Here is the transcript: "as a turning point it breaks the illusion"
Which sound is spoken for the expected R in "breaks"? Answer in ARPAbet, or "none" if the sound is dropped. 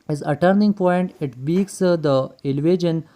none